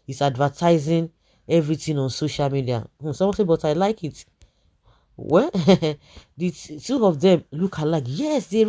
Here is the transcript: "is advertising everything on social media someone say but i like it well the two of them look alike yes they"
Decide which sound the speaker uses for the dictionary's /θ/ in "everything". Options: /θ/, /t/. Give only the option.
/t/